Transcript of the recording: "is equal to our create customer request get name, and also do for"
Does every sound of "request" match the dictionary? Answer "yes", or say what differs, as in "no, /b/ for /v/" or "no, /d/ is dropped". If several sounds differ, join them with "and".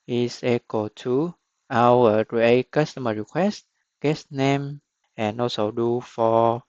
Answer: yes